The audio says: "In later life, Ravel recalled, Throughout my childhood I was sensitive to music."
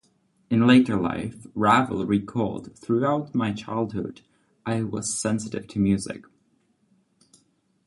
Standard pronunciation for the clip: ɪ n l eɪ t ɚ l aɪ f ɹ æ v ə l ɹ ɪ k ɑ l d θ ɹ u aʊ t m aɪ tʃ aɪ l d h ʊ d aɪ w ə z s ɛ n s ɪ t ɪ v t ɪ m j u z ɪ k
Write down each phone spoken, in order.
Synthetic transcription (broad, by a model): ɪ n l eɪ t ɚ l aɪ f ɹ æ v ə l ɹ ɪ k ɑ l d θ ɹ u aʊ t m aɪ tʃ aɪ l d h ʊ d aɪ w ə z s ɛ n s ɪ t ɪ v t ɪ m j u z ɪ k